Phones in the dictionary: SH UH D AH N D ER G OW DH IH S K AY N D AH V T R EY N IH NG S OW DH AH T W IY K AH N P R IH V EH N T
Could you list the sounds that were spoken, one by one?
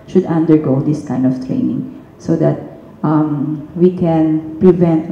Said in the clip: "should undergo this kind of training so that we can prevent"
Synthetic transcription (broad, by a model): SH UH D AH N D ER G OW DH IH S K AY N D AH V T R EY N IH NG S OW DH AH T W IY K AH N P R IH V EH N T